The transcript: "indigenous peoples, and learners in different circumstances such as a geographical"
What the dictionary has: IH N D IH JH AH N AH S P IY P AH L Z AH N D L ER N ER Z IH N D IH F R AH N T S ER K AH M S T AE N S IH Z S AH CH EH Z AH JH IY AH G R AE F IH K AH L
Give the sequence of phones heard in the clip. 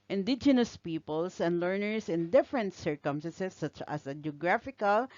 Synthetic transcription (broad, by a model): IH N D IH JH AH N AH S P IY P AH L S AH N D L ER N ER S IH N D IH F R AH N T S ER K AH M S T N S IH S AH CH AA S AH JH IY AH G R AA F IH K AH L